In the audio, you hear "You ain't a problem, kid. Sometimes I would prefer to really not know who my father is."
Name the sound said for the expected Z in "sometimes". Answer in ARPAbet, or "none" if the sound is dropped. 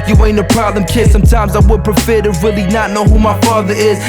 Z